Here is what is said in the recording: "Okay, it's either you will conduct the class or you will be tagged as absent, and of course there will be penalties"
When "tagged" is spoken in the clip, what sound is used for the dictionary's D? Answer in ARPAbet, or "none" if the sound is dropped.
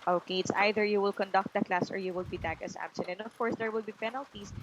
none